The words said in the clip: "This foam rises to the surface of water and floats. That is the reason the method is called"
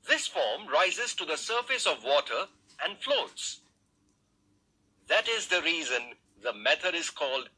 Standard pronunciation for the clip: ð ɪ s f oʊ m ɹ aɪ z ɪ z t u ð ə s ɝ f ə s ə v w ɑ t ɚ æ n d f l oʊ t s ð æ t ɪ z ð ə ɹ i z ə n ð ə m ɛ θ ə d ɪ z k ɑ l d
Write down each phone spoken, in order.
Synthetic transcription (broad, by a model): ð ɪ s f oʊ m ɹ aɪ z ɪ z t u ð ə s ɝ f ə s ə v w ɑ t ɚ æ n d f l oʊ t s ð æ t ɪ z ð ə ɹ i z ə n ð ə m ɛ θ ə d ɪ z k ɑ l d